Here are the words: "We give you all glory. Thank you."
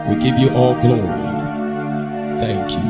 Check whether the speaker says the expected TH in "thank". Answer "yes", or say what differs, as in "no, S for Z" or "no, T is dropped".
yes